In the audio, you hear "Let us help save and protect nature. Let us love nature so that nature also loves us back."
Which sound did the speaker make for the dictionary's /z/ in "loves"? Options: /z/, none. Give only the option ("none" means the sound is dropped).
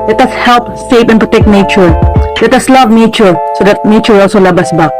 none